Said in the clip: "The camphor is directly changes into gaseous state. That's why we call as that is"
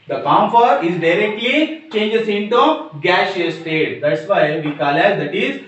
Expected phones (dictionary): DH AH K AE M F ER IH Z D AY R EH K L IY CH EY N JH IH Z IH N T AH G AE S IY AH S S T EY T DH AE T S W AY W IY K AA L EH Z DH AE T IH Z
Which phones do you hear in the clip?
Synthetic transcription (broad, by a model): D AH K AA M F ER IH Z D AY R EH K L IY CH EY N JH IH S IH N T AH G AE SH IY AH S S T EY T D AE T S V AY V IY K AA L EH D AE T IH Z